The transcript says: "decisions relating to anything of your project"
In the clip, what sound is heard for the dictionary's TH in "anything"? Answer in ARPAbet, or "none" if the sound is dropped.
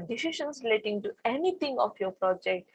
T